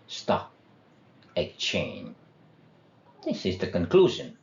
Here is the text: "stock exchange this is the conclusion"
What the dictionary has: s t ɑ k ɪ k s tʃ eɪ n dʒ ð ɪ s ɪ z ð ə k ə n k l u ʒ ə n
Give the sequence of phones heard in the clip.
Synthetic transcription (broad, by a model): s t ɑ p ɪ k tʃ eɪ n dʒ ð ɪ s ɪ z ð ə k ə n k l u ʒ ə n